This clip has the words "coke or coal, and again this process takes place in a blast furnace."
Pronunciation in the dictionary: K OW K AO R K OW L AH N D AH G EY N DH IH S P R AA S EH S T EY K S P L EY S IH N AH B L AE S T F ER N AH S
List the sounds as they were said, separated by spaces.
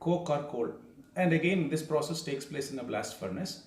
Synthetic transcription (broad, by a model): K OW K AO R K OW L AH N D AH G EY N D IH S P R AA S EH S T EY K S P L EY S IH N AH B L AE S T F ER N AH S